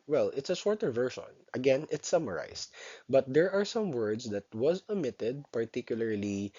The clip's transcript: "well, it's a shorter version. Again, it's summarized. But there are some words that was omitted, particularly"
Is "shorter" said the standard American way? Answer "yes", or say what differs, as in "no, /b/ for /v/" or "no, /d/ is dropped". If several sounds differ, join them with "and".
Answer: no, /s/ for /ʃ/